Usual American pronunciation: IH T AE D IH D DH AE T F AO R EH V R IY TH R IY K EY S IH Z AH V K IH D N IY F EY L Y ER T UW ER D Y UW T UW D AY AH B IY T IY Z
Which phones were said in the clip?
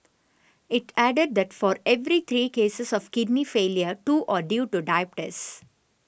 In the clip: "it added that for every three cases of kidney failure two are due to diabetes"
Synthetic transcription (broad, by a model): IH T AE D IH D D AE T F AO R EH V R IY T R IY K EY S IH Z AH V K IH D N IY F EY L Y ER T UW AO D Y UW T UW D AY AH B T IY S